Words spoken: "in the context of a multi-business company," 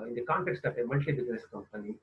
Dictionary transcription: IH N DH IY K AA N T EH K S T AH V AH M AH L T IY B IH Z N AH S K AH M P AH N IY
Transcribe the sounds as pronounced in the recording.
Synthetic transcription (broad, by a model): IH N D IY K AA N T EH K S T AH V AH M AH N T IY B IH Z N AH S K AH M P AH N IY